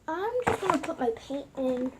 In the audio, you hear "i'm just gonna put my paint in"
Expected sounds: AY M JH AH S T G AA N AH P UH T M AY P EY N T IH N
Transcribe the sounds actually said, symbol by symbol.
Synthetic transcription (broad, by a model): AY M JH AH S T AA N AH P UH T M AY P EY T IH N